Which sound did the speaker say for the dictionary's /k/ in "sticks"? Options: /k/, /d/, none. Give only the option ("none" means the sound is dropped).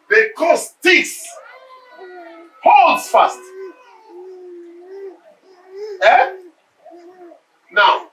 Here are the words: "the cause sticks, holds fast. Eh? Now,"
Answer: none